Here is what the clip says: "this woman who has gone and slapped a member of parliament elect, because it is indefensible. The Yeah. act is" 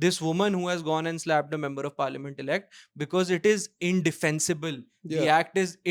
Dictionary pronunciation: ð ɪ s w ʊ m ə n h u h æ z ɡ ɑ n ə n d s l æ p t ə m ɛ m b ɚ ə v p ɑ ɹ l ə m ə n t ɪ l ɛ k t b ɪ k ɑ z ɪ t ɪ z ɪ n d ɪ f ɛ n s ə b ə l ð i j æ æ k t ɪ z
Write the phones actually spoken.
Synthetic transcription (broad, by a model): ɪ s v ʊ m ə n h u h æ z ɡ ɑ n ə n d s l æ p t ə m ɛ m b ɚ ə v p ɑ ɹ l ə m ə n t ɪ l ɛ k t b ɪ k ɑ z ɪ t ɪ z ɪ n d ɪ f ɛ n s ə b ə l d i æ æ k t ɪ z